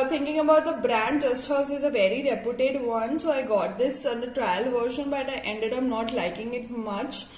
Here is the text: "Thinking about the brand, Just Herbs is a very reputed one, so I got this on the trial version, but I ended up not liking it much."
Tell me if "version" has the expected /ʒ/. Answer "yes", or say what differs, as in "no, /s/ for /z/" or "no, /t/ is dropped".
no, /ʃ/ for /ʒ/